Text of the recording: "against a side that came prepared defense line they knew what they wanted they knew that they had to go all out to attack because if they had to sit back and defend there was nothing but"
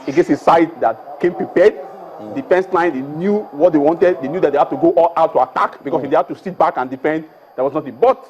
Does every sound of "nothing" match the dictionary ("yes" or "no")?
no